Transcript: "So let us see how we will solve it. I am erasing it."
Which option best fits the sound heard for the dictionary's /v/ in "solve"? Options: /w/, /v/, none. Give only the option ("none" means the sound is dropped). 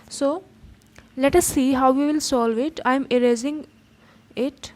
/v/